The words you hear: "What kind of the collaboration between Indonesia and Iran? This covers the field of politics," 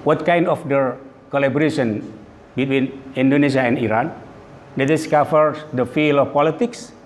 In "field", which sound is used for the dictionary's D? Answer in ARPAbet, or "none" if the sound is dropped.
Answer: none